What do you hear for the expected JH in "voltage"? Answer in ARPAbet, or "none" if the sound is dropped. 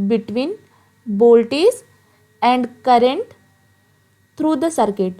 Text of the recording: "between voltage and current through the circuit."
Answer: Z